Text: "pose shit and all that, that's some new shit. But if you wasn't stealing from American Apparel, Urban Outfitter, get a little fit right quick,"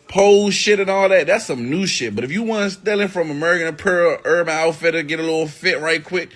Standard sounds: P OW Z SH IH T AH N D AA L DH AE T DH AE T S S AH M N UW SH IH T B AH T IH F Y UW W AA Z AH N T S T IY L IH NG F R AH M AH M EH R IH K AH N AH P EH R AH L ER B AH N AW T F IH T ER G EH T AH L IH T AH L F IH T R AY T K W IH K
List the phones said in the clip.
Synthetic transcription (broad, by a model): P OW SH IH T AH N AA L DH AE T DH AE T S S AH M N UW SH IH T B AH T IH F Y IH W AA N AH S T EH L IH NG F R AH M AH M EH R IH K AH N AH P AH R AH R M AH IH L F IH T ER G EH T AH L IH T L F IH T R AY T K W IH K